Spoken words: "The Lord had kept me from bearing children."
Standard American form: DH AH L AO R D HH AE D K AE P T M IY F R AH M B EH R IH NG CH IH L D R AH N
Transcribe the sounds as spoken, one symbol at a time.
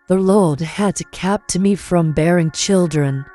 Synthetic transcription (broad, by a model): DH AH L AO L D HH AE D K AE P T M IY F R AH M B EH R IH NG CH IH L D R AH N